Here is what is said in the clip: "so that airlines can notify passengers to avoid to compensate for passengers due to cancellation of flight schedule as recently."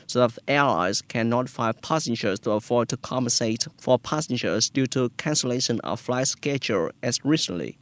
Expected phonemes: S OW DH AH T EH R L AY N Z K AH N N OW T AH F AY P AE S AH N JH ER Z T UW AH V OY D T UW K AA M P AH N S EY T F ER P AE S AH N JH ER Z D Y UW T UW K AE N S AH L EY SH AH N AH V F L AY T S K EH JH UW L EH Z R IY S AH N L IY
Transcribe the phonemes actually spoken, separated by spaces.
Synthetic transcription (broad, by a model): S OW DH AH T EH L AY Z K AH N N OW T F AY P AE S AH N JH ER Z T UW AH F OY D T UW K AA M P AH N S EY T F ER P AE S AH N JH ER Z D Y UW T UW K AE N S AH L EY SH AH N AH F L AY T S K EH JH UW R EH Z R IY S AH N L IY